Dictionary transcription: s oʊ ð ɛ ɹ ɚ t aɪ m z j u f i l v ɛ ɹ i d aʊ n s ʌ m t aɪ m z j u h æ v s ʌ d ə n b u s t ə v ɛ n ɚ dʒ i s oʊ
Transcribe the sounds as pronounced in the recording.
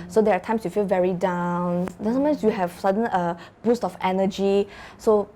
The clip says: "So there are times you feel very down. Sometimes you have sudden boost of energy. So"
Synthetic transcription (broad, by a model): s oʊ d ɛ ɹ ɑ t aɪ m s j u f i l v ɛ ɹ i d aʊ n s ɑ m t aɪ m s j u h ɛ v s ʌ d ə n b u s t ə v ɛ n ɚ dʒ i s oʊ